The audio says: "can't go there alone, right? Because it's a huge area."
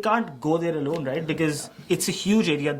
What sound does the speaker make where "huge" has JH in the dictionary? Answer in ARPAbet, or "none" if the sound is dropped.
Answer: JH